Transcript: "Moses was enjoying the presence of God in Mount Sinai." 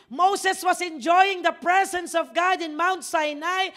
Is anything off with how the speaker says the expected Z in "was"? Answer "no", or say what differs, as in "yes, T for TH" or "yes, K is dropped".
yes, S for Z